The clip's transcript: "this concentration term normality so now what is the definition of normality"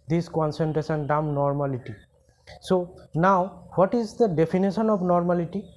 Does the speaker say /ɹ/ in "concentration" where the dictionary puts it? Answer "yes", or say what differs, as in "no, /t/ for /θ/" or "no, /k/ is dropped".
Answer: no, /ɹ/ is dropped